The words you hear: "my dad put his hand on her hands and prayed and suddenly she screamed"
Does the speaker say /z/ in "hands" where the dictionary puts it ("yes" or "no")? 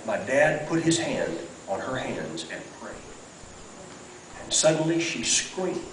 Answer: yes